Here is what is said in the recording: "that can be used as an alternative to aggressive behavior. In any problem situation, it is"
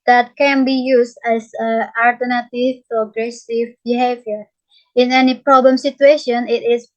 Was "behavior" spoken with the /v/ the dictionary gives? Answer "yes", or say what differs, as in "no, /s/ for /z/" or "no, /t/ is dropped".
yes